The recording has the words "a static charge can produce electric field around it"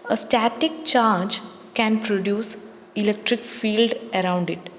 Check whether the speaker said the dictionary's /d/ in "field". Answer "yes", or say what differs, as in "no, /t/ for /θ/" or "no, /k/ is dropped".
yes